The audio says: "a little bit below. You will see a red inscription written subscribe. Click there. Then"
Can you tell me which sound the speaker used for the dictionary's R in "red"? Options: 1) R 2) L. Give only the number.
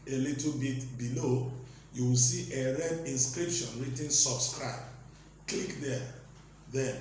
1